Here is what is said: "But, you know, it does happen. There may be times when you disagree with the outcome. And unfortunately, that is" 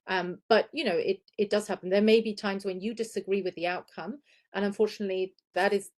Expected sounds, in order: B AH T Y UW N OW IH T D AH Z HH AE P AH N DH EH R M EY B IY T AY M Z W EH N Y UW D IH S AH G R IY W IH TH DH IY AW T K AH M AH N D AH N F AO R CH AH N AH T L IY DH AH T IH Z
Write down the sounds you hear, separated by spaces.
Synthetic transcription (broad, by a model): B AH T Y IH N OW IH T D AH Z HH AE P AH N DH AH R M EY B IY T AY M Z W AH N Y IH D IH S AH G R IY W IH DH IY AW T K AH M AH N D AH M F AO R CH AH N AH T L IY DH AH T IH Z